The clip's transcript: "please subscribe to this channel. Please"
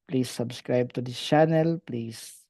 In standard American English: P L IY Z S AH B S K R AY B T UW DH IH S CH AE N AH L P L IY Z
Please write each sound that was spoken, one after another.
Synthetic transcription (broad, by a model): P L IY S AH B S K R AY B T UW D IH CH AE N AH L P L IY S